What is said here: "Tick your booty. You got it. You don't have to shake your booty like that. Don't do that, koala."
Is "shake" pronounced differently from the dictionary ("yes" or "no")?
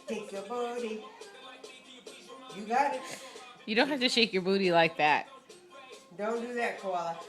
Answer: no